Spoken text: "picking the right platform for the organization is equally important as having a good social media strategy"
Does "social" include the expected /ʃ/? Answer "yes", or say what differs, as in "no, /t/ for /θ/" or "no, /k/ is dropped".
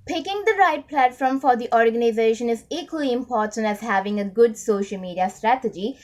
yes